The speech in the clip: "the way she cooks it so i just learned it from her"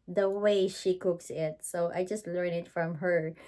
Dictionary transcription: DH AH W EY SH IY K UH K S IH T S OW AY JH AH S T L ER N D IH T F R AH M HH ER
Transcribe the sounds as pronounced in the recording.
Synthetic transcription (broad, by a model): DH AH W EY SH IY K UH K S IH T S OW AY JH AH S T L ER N IH T F R AH M HH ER